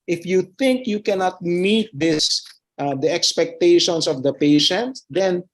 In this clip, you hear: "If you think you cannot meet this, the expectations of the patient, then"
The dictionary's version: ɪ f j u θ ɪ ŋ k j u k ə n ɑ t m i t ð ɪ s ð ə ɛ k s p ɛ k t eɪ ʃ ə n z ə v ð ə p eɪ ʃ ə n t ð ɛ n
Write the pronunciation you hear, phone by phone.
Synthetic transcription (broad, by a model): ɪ f j u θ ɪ ŋ k j u k ə n ɑ t m i t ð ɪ s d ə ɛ k s p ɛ k t eɪ ʃ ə n s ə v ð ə p eɪ ʃ ə n t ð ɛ n